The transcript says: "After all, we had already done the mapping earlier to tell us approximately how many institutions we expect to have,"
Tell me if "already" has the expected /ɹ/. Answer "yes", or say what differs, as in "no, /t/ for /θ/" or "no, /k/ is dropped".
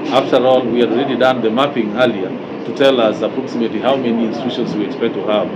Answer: yes